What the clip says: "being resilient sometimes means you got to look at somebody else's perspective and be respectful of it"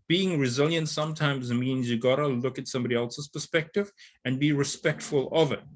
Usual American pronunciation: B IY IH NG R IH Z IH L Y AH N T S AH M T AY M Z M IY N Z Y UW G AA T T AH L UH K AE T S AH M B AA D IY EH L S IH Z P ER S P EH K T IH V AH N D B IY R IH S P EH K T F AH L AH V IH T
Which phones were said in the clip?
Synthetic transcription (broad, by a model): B IY IH NG R IH Z IH L Y AH N T S AH M T AY M Z M IY N Z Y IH G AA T T AH L UH K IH T S AH M B AA D IY EH L S IH Z P ER S P EH K T IH V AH N B IY R IH S P EH K T F AH L AH V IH T